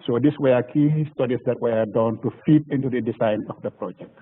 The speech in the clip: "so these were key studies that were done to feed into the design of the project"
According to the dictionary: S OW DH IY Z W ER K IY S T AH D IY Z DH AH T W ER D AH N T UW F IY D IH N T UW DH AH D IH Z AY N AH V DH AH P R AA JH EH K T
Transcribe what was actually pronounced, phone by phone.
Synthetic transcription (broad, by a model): S OW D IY S W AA K IY S T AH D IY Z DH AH T W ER D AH N T UW F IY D IH N T UW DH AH D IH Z AY N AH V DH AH P R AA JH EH K T